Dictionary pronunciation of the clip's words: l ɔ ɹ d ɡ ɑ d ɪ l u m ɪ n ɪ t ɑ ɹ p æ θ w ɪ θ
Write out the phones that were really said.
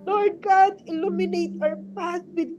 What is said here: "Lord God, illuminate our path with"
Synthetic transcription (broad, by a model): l ɔ ɹ d ɡ ɑ d ɪ l u m ɪ n ɪ t ɑ ɹ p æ s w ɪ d